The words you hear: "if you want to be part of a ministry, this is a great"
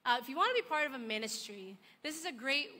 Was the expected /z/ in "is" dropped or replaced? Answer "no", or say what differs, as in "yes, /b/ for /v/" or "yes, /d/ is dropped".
no